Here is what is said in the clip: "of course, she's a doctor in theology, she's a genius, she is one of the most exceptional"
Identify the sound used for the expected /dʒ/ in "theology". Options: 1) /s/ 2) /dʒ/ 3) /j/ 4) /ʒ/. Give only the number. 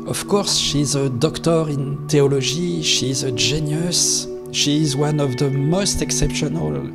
4